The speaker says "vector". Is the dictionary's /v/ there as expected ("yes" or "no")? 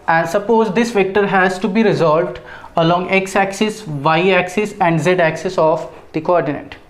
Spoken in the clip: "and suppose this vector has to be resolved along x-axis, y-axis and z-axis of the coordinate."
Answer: yes